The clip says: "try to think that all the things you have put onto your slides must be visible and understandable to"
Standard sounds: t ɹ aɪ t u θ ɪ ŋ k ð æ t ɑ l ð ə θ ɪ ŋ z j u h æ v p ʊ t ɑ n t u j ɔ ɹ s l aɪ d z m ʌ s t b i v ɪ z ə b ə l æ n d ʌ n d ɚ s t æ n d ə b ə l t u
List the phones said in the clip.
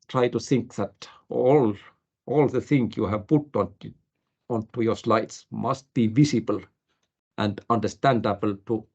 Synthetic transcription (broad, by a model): t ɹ aɪ t u θ ɪ ŋ k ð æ t ɑ l ð ə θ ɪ ŋ j u h æ v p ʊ t ɑ n t u j ɔ ɹ s l aɪ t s m ʌ s t b i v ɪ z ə b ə l æ n d ʌ n d ɚ s t æ n d ə b ə l t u